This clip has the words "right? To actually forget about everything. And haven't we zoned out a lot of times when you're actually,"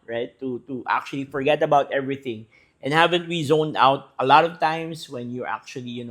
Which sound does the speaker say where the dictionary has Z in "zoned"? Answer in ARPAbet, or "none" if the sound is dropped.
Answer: Z